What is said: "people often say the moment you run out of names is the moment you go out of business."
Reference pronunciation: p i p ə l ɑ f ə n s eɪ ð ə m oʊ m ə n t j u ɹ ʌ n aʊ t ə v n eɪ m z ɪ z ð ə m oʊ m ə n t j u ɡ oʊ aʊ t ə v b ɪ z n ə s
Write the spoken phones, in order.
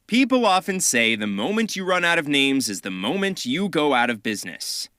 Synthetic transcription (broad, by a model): p i p l ɑ f ə n s eɪ ð ə m oʊ m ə n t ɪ ɹ ʌ n aʊ t ə v n eɪ m z ɪ z ð ə m oʊ m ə n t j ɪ ɡ oʊ aʊ t ə v b ɪ z n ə s